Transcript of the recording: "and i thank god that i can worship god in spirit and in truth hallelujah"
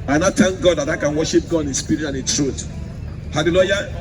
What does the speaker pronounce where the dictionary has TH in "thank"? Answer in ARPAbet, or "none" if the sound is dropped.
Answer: T